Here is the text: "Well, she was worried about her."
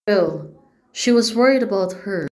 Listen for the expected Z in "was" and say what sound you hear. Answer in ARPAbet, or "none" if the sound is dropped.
Z